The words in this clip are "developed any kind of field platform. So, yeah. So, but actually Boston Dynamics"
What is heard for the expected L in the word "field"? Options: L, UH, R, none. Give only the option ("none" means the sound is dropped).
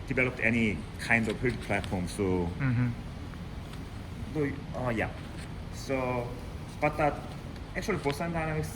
none